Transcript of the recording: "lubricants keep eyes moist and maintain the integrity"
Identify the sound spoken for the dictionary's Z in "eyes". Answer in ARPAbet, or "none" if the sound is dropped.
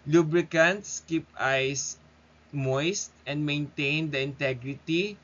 S